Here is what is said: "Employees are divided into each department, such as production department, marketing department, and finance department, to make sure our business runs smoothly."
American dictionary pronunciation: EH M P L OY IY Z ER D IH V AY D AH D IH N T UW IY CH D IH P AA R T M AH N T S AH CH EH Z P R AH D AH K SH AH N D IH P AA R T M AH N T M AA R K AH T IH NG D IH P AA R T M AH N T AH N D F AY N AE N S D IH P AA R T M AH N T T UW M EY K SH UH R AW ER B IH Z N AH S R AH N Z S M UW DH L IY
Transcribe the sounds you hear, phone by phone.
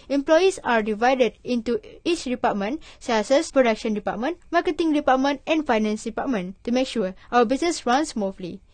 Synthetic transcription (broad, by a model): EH M P L OY IY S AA D IH V AY D AH D IH N T UW IY CH D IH P AA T M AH N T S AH S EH S P R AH D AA K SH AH N D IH P AA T M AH N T M AA K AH T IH NG D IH P AA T M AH N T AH N F AY N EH N S D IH P AA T M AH N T T UW M EY K SH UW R AW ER B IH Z N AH S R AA N S M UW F L IY